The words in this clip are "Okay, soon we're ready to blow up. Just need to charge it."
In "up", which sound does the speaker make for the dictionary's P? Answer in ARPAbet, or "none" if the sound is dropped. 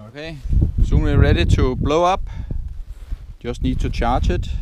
B